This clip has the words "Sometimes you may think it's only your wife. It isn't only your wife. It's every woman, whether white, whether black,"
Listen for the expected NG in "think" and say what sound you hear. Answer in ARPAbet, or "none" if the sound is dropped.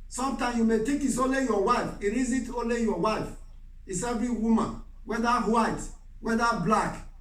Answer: none